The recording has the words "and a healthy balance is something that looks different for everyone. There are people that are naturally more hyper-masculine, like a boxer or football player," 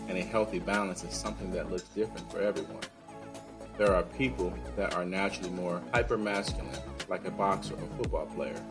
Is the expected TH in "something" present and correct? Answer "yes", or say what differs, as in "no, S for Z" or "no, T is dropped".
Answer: yes